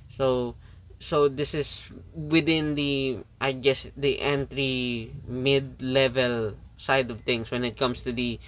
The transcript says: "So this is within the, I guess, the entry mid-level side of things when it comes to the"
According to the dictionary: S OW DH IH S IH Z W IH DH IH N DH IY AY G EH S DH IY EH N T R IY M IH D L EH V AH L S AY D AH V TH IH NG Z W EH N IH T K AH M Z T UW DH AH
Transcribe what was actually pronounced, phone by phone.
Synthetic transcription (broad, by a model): S OW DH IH S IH S W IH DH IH N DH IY AY G EH S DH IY EH N T R IY M IH D L EH V AH L S AY D AH V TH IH NG S W EH N IH T K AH M S T UW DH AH